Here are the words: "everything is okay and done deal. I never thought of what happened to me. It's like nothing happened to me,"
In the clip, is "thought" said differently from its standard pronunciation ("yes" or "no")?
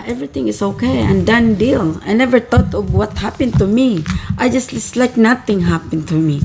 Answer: yes